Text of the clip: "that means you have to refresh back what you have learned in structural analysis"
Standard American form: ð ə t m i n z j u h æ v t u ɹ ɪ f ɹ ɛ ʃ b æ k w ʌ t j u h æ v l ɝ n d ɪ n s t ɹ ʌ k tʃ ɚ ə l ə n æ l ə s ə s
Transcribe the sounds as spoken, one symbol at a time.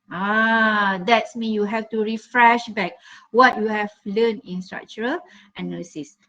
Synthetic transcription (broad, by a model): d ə t m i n j u h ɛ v t u ɹ ɪ f ɹ ɛ ʃ b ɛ k w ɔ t j u h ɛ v l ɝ n ɪ n s t ɹ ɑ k tʃ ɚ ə l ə n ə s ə s